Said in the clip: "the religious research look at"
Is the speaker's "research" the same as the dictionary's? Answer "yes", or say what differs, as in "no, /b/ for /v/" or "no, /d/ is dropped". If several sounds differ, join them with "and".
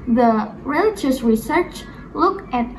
yes